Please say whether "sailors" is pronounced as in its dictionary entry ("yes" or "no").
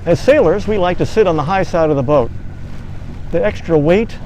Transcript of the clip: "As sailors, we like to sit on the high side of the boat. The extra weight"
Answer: yes